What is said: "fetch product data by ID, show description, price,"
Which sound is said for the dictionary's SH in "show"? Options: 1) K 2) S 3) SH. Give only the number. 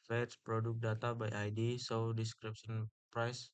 2